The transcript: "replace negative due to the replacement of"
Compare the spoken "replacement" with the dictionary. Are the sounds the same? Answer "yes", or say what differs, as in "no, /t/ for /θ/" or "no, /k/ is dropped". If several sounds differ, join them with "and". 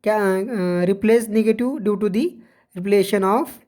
no, /t/ is dropped